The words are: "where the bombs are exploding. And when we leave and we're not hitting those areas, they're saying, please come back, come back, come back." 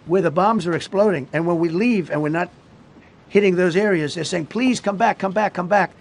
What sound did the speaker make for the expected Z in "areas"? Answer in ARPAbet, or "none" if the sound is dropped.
Z